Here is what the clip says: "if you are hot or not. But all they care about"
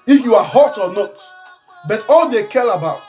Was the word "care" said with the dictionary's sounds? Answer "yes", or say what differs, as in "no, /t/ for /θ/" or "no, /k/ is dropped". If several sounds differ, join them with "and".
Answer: no, /l/ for /ɹ/